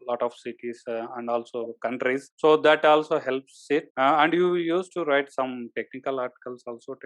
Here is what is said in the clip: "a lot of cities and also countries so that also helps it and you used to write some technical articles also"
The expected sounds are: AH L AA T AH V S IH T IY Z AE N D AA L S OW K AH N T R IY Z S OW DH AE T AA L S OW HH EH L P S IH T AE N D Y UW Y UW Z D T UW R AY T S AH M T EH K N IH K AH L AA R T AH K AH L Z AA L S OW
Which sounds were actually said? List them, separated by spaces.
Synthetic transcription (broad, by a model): L AA T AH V S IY T IY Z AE N D AA L S OW K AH N T R IY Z S OW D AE T AA L S OW HH EH L P S IH T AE N D Y UW Y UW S T UW R AY T S AH M T EH K N IH K AH L AA R T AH K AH L S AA L S OW